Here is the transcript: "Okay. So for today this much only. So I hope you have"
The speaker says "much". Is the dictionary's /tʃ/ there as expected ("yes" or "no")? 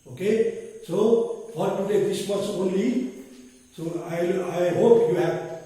no